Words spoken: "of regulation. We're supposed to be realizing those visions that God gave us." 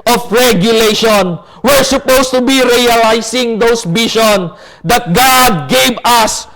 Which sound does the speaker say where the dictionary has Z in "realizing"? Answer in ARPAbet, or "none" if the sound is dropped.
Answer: S